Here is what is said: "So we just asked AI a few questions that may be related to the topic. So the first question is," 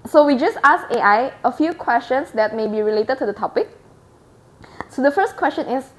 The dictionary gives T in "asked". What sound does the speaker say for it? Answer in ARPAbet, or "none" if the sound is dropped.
none